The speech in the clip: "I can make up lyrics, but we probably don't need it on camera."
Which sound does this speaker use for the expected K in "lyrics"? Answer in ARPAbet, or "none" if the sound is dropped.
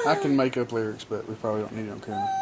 K